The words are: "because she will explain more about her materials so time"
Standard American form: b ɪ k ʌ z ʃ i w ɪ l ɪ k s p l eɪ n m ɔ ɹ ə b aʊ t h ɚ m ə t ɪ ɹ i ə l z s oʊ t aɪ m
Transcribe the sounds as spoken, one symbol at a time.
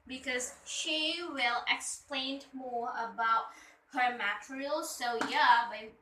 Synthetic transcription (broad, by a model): b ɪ k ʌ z ʃ i w ɪ l ɪ k s p l eɪ n m ɔ ɹ ə b aʊ t h ɚ m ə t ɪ ɹ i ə l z s oʊ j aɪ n